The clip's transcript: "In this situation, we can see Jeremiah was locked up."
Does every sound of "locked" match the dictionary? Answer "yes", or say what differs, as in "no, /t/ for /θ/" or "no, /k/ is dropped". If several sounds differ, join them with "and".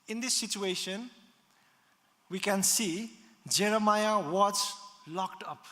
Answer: yes